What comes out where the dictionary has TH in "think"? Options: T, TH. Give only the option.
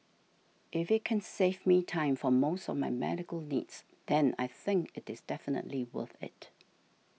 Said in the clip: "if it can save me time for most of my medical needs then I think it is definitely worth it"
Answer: TH